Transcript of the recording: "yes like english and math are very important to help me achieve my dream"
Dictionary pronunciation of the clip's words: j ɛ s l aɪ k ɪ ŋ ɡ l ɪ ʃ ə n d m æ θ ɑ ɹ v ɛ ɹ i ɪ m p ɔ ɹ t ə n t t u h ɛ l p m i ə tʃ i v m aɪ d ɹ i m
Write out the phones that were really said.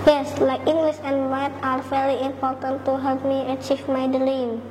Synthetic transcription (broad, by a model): j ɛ s l aɪ k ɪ ŋ ɡ l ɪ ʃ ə n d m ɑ t ɑ ɹ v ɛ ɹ i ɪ m p ɔ ɹ t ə n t t u h ɛ l p m i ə tʃ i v m aɪ d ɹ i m